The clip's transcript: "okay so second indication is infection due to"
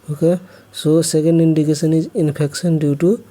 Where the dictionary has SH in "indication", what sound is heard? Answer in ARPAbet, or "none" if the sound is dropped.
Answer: S